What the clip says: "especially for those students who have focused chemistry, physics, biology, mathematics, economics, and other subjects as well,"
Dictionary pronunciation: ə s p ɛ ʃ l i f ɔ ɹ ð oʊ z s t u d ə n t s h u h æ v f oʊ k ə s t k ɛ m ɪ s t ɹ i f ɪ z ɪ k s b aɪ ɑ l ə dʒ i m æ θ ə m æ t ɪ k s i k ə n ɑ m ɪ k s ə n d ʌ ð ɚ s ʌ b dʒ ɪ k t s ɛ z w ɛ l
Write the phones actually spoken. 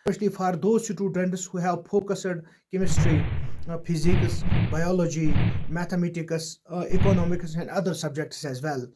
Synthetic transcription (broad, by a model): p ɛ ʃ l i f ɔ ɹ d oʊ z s t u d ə n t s h u h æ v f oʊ k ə s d k ɛ m ɪ s t ɹ i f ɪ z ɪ k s b aɪ ɑ l ə dʒ i m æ t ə m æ t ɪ k s i k ə n ɑ m ɪ k s ə n d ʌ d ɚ s ʌ b dʒ ɪ k t s ɛ z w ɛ l